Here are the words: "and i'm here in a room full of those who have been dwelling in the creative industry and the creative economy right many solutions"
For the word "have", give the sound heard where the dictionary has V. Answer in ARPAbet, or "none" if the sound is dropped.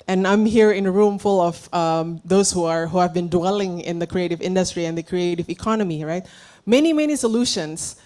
V